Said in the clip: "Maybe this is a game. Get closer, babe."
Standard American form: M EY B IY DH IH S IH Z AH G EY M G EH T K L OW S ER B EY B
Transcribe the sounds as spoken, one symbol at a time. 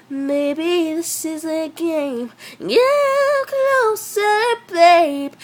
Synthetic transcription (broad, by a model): M EY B IY DH IH S IH Z AH G EY M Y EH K N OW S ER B EY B